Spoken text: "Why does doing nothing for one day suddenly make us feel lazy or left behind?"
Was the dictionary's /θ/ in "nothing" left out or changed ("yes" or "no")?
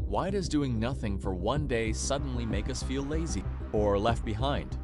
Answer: no